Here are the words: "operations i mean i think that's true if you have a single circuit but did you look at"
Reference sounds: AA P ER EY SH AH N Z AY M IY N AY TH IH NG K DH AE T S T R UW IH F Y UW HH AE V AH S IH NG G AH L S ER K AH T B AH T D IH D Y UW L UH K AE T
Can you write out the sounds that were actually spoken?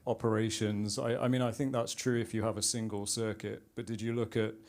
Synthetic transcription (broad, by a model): AA P ER EY SH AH N Z AY M IY N AY TH IH NG K DH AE T S T R UW IH F Y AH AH V AH S IH NG G AH L S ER K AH T B AH T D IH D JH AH L UH K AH T